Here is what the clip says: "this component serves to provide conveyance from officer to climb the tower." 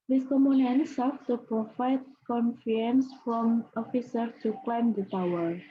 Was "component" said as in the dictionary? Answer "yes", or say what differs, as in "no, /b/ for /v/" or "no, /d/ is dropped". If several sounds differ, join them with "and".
no, /p/ is dropped